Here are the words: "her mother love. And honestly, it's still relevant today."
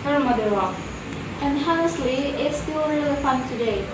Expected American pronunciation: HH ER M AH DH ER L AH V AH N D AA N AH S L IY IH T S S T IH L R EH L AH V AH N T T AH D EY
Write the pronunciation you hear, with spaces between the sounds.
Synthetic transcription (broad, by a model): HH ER M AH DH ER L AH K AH N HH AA AH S L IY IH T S S T IH L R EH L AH F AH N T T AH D EY